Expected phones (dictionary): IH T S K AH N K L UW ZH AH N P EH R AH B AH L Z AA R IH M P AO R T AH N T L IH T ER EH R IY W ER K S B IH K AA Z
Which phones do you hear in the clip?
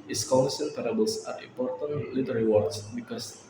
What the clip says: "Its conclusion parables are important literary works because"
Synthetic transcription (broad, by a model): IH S K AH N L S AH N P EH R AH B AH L S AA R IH M P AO R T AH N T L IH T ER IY W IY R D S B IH K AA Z